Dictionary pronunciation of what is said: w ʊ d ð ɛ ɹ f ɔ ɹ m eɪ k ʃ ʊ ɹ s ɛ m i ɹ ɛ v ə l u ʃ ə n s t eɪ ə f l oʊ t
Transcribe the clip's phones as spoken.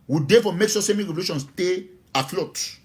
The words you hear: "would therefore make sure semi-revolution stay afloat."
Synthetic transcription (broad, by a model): w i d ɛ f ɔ m eɪ k s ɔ s ɛ m i ɹ ɛ v ə l u ʃ ə n s t eɪ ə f l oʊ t